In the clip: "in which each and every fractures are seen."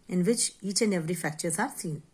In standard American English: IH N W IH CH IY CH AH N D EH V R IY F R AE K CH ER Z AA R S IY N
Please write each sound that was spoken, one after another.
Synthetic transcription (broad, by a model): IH N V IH CH IY CH AH N D EH V R IY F AE K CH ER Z AA R S IY N